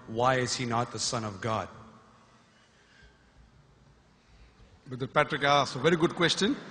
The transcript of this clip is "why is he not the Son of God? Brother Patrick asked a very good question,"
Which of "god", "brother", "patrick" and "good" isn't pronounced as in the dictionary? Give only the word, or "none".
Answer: brother